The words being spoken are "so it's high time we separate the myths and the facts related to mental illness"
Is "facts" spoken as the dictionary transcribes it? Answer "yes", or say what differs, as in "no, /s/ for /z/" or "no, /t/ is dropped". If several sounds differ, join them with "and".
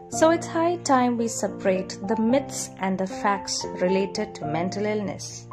yes